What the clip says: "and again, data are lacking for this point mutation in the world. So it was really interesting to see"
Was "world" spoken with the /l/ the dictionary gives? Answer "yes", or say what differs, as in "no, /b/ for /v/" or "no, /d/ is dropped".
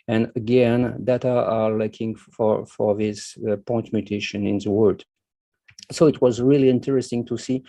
no, /l/ is dropped